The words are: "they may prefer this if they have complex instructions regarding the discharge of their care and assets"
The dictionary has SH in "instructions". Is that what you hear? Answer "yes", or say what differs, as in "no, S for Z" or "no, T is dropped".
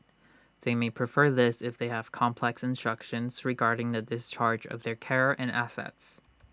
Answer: yes